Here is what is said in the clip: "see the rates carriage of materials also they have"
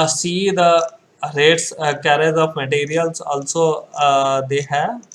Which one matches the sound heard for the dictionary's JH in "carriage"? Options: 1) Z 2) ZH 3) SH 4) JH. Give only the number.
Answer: 1